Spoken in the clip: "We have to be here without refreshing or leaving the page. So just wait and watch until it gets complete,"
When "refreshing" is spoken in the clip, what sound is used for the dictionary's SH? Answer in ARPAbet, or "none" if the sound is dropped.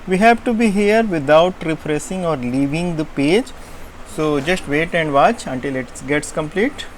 S